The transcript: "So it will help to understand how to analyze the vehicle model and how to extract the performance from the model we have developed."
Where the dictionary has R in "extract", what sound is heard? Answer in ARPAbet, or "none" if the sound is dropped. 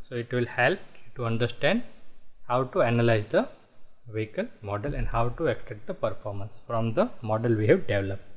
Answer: none